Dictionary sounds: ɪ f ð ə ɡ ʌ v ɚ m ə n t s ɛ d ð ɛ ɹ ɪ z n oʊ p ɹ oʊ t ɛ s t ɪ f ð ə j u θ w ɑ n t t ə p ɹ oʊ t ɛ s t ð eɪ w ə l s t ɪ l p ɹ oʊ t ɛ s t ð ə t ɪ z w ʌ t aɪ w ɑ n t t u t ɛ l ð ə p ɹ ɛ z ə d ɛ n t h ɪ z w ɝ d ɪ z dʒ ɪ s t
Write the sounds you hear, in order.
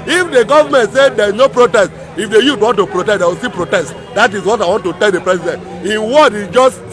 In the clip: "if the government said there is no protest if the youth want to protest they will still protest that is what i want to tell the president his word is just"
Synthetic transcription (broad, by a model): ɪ f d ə ɡ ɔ v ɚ m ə n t s ɛ d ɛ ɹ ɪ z n oʊ p ɹ oʊ t ɛ s t ɪ f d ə j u t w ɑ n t t ə p ɹ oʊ t ɛ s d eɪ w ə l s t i p ɹ oʊ t ɛ s t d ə t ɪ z w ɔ t aɪ w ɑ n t t u t ɛ l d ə p ɹ ɛ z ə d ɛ n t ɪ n w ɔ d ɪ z dʒ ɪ s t